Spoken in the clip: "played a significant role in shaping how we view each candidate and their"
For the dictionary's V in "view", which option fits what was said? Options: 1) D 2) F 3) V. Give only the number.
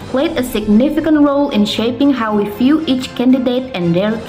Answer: 2